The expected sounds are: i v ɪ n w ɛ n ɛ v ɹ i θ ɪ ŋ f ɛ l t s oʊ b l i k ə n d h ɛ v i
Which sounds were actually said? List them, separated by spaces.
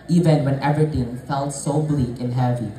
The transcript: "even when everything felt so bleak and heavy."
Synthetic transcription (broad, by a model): i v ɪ n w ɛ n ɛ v i t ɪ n f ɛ l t s oʊ b l i k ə n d h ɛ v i